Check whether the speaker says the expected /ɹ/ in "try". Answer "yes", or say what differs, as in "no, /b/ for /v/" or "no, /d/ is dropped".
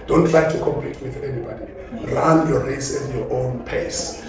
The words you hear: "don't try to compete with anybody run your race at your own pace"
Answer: no, /l/ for /ɹ/